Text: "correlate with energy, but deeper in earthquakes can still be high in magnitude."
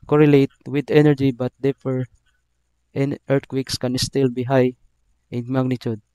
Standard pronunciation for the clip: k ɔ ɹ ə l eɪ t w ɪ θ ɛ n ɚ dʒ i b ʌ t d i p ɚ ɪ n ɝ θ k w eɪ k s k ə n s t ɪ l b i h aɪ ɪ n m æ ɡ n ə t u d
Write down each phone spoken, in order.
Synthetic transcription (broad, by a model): k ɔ ɹ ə l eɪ t w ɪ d ɛ n ɚ dʒ i b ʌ t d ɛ f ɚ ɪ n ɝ t k w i k s k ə n s t ɪ l b i h aɪ ɪ n m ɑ ɡ n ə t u d